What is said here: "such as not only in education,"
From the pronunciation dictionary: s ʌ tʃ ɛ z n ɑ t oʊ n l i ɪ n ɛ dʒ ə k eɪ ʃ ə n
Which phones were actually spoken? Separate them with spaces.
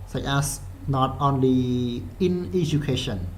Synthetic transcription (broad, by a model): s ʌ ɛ s n ɑ t oʊ n l i ɪ n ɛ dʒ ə k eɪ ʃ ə n